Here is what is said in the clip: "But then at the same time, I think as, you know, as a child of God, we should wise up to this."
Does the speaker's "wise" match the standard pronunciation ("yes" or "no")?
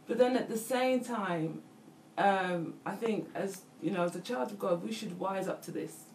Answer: yes